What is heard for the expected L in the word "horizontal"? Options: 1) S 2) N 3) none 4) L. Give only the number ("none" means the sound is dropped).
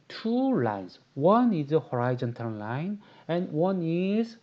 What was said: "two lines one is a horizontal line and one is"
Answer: 2